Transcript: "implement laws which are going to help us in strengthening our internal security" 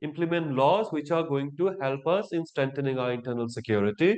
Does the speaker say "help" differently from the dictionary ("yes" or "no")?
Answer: no